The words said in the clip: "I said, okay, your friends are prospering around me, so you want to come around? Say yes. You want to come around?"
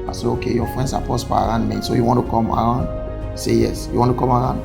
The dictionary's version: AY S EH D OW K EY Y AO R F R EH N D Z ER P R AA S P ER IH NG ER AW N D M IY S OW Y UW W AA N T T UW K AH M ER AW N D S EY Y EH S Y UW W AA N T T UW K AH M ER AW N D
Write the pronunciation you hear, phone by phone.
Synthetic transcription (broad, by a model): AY S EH OW K EY Y AO F R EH N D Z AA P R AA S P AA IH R AW N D M IY S OW Y UW W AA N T T UW K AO M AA AW N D S EY Y EH S Y UW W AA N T T UW K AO M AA AW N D